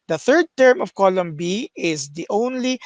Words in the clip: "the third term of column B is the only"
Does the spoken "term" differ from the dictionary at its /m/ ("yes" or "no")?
no